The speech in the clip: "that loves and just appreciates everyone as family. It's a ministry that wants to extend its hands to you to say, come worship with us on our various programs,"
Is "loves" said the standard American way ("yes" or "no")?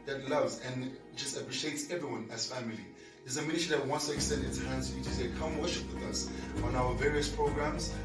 yes